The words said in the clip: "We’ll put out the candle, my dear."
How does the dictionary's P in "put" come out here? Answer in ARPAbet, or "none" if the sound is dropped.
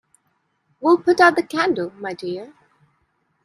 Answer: P